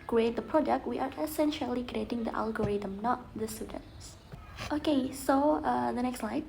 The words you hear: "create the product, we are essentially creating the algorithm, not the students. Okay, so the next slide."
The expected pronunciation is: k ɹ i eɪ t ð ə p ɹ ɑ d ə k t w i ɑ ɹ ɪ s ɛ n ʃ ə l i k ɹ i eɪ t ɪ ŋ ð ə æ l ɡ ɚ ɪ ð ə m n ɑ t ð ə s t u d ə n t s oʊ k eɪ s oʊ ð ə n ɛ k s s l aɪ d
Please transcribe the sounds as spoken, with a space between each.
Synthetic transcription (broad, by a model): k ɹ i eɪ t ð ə p ɹ ɑ d ə k t w i ɑ ɹ ɪ s ɛ n ʃ ə l i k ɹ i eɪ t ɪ ŋ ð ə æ l ɡ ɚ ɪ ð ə m n ɑ t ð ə s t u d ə n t s oʊ k eɪ s oʊ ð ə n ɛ k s s l aɪ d